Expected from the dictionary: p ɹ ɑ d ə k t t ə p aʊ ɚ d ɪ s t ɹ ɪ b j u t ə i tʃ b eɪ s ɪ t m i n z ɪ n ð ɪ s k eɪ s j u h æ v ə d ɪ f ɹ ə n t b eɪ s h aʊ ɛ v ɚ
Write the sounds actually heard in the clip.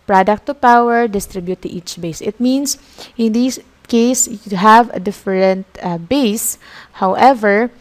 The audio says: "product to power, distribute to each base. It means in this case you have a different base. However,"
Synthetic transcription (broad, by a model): p ɹ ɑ d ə k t t ə p aʊ ɚ d ɪ s t ɹ ɪ b j u t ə i tʃ b eɪ s ɪ t m i n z ɪ n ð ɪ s k eɪ s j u h æ v ə d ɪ f ɹ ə n t b eɪ s h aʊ ɛ v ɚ